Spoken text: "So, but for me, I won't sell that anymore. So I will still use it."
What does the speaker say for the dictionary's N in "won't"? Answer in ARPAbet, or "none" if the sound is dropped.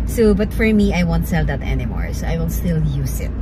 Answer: N